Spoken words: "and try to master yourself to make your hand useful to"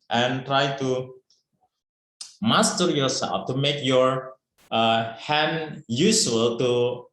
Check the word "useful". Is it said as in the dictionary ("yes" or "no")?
no